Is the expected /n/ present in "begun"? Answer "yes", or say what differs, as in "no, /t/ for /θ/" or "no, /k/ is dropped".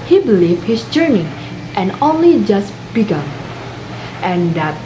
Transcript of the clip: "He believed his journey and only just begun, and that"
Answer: no, /n/ is dropped